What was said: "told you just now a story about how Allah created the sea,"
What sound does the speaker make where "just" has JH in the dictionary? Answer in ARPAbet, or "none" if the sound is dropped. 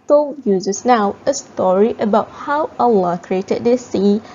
Z